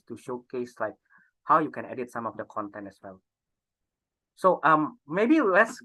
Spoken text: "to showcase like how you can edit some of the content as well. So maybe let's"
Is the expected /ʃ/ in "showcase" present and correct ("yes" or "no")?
yes